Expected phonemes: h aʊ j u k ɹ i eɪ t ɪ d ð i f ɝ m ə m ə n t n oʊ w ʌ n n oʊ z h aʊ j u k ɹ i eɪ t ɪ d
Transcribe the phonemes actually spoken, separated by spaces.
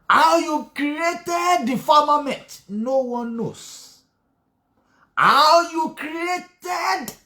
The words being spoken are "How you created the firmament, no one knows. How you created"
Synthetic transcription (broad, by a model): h aʊ j u k ɹ i eɪ t ɪ d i f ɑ m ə m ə n t n oʊ w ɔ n n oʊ s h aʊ j u k ɹ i eɪ t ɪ d